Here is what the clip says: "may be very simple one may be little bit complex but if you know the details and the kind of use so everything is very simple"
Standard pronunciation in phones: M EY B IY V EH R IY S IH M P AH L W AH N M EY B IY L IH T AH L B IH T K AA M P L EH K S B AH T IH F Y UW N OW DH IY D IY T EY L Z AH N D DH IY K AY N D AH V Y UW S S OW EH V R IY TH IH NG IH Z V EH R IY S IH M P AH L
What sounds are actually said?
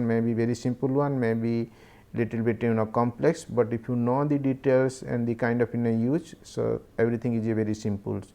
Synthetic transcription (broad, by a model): M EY B IY V EH R IY S IH M P AH L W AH N M EY B IY L IH T AH L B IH T K AA M P L EH K S B AH T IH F Y UW N OW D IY D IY T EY L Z AH N D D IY K AY N D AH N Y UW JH S OW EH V R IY T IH NG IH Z V EH R IY S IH M P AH L